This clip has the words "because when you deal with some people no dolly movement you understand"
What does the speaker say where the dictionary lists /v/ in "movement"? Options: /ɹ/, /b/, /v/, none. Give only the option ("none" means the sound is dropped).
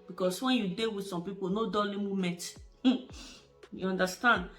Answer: none